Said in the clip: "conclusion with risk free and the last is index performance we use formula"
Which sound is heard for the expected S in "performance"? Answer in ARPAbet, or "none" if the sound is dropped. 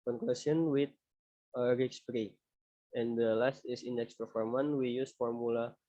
none